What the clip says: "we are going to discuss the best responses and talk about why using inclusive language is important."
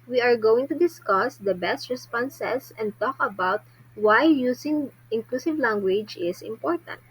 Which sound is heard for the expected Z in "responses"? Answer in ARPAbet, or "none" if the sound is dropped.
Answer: S